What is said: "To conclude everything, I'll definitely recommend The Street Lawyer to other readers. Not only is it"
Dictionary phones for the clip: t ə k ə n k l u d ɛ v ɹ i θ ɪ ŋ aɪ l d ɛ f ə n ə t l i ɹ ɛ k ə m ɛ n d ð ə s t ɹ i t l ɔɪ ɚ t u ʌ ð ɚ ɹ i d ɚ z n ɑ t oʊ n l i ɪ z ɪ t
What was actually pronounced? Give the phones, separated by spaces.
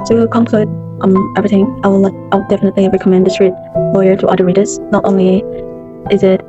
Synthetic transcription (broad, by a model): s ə k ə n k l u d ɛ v ɹ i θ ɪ ŋ aɪ w d ɛ f ə n ə t l i ɹ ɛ k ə m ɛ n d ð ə s t ɹ i t l ɔɪ ɚ t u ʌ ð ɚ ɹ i d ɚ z n ɑ t oʊ n l i ɪ z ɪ t